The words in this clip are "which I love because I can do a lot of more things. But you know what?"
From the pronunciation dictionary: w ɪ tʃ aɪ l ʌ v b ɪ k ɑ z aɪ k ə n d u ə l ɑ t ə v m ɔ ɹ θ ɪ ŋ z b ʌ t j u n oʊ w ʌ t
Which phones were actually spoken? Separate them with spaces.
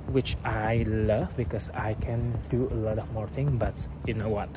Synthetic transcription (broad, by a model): w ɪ tʃ aɪ l ʌ v b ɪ k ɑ s aɪ k ə n d u ə l ɑ t ə v m ɔ ɹ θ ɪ ŋ b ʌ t j u n oʊ w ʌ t